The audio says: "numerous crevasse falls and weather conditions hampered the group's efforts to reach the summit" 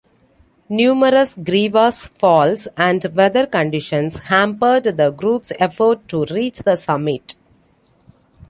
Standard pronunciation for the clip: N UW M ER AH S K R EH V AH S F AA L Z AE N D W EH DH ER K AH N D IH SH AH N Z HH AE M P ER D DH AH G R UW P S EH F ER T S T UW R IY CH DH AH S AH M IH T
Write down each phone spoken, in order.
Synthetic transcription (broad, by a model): N UW M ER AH S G R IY V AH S F AA L S AE N D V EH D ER K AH N D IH SH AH N S HH AE M P ER D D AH G R UW P S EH F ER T T UW R IY CH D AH S AH M IH T